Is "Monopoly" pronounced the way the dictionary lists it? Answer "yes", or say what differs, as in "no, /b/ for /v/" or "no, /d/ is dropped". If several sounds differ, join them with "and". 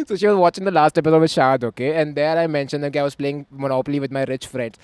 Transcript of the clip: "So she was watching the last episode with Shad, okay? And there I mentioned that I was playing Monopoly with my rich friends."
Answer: yes